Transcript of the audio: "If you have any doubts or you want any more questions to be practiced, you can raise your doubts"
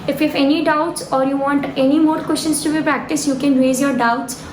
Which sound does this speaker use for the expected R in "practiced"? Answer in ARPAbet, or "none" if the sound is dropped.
R